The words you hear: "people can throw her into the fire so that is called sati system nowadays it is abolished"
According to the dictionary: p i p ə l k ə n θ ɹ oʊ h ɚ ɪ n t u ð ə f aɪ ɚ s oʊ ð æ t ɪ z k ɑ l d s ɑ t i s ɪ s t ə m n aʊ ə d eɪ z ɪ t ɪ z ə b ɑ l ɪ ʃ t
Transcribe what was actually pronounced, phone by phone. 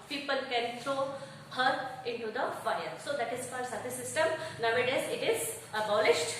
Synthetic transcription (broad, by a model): p i p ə l k ə n t ɹ oʊ h ɚ ɪ n t u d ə f aɪ ɚ s oʊ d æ t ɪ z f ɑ d s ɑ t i s ɪ s t ə m n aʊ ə d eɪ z ɪ t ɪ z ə b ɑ l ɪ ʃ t